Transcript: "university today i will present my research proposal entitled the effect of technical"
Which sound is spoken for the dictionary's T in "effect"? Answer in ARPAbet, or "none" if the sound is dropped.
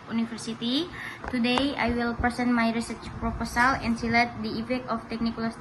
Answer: none